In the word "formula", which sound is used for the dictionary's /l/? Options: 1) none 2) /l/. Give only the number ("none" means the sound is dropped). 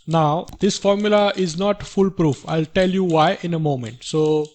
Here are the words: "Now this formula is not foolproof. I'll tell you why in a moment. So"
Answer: 2